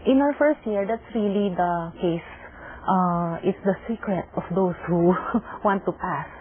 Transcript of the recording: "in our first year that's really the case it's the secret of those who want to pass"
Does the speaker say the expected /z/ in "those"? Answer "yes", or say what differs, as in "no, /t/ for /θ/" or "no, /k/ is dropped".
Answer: no, /s/ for /z/